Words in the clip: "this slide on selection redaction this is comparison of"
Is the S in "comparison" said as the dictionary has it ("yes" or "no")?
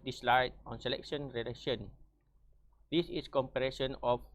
no